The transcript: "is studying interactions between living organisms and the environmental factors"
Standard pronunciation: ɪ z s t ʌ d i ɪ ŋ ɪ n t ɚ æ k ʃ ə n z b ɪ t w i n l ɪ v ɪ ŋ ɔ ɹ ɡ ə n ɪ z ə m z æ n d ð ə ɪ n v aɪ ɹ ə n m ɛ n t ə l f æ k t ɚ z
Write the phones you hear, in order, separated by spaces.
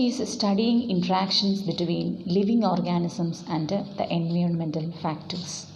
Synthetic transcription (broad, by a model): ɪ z s t ʌ d i ɪ ŋ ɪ n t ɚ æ k ʃ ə n s b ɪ t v i n l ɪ v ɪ ŋ ɔ ɹ ɡ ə n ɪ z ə m s æ n d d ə ɪ n v aɪ ɹ ə n m ɛ n t ə l f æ k t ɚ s